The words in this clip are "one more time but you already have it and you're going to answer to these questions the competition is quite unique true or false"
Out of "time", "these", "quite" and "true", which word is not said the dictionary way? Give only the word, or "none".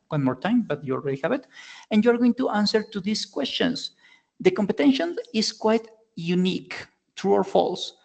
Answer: these